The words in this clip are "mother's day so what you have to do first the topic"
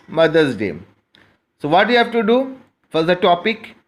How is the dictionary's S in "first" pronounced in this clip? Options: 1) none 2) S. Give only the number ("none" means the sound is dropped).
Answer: 1